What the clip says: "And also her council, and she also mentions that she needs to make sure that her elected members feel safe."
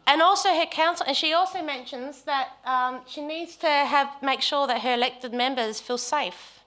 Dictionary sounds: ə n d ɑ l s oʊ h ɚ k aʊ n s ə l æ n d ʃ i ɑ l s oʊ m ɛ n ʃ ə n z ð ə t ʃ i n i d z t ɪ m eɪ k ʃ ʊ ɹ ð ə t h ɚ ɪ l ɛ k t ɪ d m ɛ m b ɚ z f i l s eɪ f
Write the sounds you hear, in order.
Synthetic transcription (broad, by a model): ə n ɑ l s oʊ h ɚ k aʊ n s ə n ʃ i ɑ l s oʊ m ɛ n ʃ ə n z ð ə t ʃ i n i d z t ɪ m eɪ k ʃ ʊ ɹ ð ə t h ɚ ɪ l ɛ k t ɪ d m ɛ m b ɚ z f i l s eɪ f